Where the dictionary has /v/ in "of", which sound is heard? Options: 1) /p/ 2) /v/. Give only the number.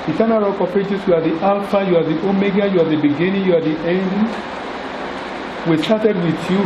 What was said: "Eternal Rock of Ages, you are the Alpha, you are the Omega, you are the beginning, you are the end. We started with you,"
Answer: 1